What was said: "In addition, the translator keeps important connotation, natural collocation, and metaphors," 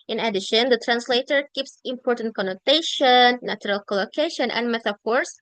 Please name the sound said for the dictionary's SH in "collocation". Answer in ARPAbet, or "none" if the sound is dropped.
SH